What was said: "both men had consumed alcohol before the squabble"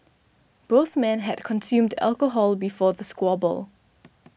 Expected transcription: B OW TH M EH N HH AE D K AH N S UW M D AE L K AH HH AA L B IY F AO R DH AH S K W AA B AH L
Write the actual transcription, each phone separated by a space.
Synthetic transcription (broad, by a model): B OW TH M EH N HH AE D K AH N S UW M D AE L K AH HH AA L B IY F AO DH AH S K W AA B AH L